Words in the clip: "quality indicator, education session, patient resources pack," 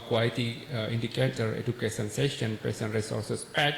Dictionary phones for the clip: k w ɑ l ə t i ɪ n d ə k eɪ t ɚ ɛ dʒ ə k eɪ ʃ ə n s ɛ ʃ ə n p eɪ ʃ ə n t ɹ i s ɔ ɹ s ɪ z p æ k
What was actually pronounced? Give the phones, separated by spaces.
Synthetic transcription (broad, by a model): k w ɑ l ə t i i n d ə k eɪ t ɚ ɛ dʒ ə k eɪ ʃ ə n s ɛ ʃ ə n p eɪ s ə n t ɹ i s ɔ ɹ s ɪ s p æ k